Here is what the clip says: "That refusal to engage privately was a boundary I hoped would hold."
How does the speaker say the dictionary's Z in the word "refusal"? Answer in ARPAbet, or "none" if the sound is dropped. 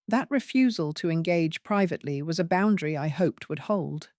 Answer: Z